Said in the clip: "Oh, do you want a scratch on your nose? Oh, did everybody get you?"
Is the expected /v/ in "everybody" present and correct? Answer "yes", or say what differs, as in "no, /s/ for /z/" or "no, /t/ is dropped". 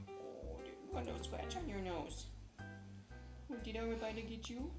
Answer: no, /v/ is dropped